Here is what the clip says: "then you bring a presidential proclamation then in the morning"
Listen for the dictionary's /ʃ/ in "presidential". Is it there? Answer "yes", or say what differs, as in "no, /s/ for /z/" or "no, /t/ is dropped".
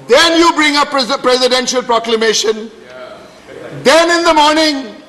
yes